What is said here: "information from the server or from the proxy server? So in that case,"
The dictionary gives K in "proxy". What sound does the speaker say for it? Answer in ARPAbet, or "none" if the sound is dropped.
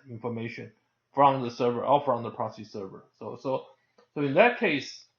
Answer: none